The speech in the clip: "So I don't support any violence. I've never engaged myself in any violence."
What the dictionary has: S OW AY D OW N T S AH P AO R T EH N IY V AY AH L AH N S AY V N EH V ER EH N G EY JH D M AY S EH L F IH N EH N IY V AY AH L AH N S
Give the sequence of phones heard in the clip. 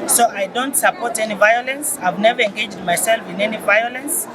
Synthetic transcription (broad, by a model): S OW AY D OW N T S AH P AO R T EH N IY V AY AH L AH N S AY V N EH V ER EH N G EY JH D M AY S EH L F IH N EH N IY V AY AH L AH N S